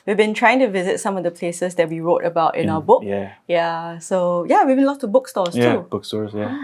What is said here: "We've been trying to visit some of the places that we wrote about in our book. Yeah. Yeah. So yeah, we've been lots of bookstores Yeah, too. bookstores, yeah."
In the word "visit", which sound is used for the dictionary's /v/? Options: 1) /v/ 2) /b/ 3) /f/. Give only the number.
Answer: 1